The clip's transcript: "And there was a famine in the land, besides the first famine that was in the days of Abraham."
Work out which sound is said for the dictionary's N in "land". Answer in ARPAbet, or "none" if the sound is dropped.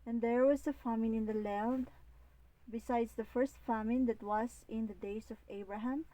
L